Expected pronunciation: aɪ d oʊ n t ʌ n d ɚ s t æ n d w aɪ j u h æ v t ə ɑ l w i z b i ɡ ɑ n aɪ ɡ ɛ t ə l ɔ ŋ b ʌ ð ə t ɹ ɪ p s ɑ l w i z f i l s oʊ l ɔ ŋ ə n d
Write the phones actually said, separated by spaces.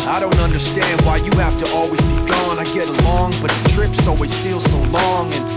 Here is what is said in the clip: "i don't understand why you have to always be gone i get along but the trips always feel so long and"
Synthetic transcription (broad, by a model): aɪ d oʊ n t ʌ n d ɚ s t æ n d w aɪ j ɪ h æ f t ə ɑ l w i z b i ɡ ɑ n aɪ ɡ ɛ t ə l ɔ ŋ b ʌ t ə t ɹ ɪ p s ɑ l w i z f i l s oʊ l ɔ ŋ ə n